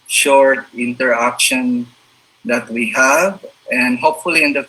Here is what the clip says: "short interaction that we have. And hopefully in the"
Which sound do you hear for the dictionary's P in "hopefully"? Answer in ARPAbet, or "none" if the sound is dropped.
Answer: P